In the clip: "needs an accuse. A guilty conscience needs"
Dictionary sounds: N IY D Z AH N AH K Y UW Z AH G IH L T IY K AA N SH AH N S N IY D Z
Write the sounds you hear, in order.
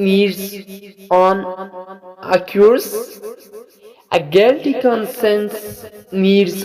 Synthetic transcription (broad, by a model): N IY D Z AH N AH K Y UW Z AH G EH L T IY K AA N S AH N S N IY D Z